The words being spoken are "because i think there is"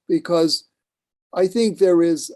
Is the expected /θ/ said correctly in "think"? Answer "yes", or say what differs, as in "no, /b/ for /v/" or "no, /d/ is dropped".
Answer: yes